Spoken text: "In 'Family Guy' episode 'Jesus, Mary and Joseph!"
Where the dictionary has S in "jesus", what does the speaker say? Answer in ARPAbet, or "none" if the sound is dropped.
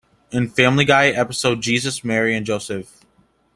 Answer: S